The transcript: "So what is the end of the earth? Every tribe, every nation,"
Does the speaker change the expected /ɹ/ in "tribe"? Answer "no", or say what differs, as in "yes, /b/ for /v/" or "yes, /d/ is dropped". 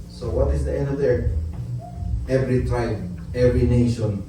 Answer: yes, /ɹ/ is dropped